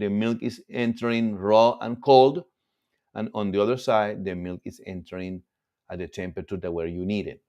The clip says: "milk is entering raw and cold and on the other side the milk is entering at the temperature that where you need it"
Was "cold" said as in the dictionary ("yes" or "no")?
yes